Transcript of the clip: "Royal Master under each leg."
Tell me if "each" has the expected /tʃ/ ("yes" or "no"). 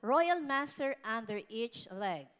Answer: yes